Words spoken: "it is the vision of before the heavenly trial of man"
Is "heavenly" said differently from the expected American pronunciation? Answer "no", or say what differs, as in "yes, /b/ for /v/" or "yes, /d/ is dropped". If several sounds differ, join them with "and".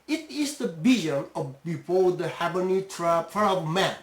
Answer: yes, /l/ is dropped